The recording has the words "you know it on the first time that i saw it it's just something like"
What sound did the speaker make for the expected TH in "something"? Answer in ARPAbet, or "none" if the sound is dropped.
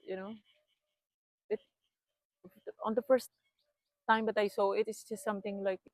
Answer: T